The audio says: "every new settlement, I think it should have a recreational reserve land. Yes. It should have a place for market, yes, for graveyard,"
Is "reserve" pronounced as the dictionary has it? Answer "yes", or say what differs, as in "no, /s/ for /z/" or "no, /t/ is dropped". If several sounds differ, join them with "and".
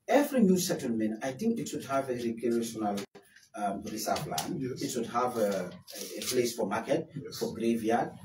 no, /s/ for /z/ and /p/ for /v/